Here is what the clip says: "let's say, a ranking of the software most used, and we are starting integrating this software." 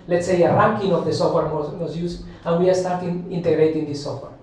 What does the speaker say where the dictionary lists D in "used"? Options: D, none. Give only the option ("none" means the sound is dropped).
none